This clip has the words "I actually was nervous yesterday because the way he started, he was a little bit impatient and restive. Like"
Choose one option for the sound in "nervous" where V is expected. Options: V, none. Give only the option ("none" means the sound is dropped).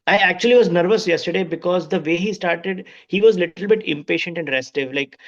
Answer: V